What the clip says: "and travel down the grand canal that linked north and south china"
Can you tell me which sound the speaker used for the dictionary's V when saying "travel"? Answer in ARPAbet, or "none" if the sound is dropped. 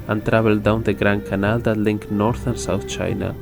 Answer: B